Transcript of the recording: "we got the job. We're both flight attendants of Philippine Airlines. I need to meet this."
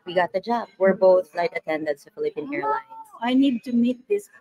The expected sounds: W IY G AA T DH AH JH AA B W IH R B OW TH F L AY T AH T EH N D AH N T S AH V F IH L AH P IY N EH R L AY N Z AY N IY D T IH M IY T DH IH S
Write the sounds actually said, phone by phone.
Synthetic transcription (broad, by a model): W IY G AA T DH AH JH AA B W IH R B OW TH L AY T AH T EH N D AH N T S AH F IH L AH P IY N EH R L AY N AY N IY D T IH M IY T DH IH S